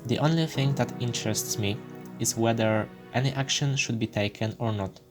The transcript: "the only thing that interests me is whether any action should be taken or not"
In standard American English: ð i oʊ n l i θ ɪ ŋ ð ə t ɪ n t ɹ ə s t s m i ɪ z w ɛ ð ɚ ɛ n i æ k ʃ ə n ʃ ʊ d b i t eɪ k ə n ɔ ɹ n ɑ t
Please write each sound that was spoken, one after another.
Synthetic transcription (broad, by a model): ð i oʊ n l i θ ɪ ŋ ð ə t ɪ n t ɹ ə s t s m i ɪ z w ɛ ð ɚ ɛ n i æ k ʃ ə n ʃ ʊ d b i t eɪ k ə n ɔ ɹ n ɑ t